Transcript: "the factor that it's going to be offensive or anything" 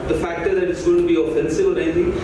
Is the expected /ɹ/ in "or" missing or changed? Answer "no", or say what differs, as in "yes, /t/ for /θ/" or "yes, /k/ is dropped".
yes, /l/ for /ɹ/